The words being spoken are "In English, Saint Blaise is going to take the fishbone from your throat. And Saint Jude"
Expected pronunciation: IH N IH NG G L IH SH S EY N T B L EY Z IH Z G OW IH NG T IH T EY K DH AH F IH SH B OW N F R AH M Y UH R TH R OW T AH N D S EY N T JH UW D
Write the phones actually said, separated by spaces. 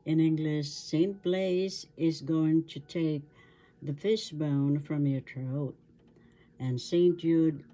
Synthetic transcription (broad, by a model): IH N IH NG G L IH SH S EY N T B L EY Z IH Z G OW IH NG T IH T EY K DH AH F IH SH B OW N F R AH M Y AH R T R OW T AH N S EY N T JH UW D